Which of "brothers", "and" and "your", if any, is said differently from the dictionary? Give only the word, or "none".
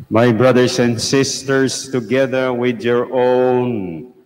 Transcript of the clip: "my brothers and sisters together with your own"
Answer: brothers